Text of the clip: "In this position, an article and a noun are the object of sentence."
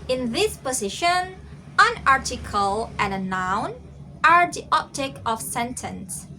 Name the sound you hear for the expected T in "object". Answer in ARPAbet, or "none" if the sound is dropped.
none